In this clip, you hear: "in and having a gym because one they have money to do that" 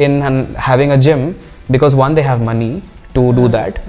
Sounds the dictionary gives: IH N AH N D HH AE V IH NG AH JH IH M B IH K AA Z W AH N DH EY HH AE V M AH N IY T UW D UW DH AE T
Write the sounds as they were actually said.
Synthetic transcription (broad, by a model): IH N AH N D HH AE V IH NG AH JH IH M B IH K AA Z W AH N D EY HH AE V M AH N IY T UW D UW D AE T